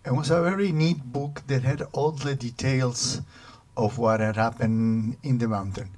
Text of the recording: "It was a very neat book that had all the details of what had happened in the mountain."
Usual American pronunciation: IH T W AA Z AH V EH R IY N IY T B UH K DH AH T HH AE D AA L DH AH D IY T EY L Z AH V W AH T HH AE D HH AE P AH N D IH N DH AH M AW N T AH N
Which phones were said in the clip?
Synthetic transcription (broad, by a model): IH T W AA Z AH V EH R IY N IY T B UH K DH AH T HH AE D AA L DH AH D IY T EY L S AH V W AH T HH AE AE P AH N IH N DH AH M AW N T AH N